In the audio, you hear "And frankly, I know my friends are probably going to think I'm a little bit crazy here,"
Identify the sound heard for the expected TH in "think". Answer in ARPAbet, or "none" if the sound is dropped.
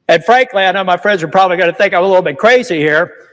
TH